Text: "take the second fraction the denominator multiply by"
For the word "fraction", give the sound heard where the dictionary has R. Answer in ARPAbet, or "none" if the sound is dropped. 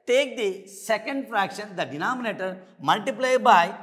R